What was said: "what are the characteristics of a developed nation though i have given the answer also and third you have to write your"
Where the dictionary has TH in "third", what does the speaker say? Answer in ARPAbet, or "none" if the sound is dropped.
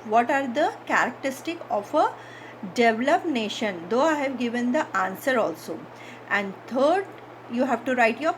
T